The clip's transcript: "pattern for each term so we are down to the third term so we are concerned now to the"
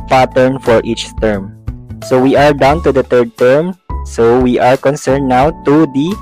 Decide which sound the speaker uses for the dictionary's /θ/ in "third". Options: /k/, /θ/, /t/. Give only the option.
/t/